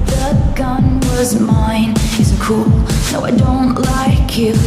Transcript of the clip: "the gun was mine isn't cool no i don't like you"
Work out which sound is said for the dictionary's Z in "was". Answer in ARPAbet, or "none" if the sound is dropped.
Z